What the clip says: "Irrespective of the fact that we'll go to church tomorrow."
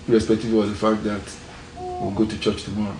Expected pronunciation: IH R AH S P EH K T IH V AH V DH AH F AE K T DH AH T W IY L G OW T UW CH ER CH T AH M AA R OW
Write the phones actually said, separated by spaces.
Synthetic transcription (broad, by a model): R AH S P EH K T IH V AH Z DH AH F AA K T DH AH T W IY W G OW T UW CH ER CH T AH M AA R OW